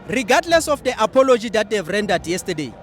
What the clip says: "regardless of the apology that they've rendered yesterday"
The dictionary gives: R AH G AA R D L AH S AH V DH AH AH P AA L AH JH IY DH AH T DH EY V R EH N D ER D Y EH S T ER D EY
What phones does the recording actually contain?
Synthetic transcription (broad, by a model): R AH G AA D L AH S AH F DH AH AH P AA L AH JH IY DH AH T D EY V R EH N D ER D Y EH S T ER D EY